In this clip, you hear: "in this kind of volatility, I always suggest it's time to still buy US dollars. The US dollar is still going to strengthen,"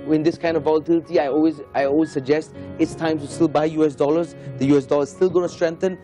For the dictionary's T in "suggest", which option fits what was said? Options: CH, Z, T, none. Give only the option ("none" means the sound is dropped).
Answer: T